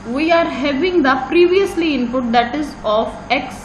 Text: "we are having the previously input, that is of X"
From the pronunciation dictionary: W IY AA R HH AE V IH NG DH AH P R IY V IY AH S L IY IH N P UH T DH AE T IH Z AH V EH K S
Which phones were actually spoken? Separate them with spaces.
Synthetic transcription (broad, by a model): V IY AA R HH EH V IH NG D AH P R IY V IY AH S L IY IH N P UH T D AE T IH Z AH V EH K S